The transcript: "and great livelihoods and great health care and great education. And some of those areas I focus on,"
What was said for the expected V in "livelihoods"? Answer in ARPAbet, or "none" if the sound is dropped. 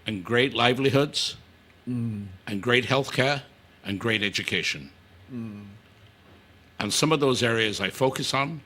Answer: V